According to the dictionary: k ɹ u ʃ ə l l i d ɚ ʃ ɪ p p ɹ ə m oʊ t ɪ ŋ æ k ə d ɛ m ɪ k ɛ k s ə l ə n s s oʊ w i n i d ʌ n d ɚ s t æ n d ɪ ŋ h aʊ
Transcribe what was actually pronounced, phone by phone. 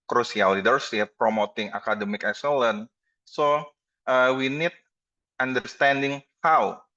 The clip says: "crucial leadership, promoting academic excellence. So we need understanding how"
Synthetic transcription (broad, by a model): k ɹ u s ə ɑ l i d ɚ s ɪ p p ɹ ə m oʊ t ɪ ŋ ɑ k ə d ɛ m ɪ k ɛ k s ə l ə n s s oʊ w i n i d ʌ n d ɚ s t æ n d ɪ ŋ h aʊ